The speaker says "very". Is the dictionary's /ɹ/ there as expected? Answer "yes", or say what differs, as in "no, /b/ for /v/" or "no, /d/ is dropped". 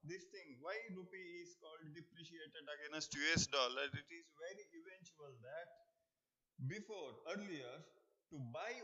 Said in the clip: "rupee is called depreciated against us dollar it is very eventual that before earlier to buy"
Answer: yes